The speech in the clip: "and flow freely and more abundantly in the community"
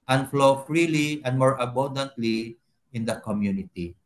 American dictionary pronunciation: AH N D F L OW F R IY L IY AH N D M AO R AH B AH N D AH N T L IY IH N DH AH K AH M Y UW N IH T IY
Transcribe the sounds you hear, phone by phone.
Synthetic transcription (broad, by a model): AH N F L OW F R IY L IY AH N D M AO R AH B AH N D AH N T L IY IH N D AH K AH M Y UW N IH T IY